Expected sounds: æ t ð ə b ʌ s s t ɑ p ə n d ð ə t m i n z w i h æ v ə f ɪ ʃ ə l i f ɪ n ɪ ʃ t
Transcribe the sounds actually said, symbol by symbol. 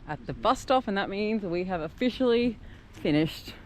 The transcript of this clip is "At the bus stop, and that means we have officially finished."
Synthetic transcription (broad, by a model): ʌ t ð ə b ʌ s s t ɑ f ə n ð ə t m i n z w i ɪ v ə f ɪ ʃ l i f ɪ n ɪ ʃ t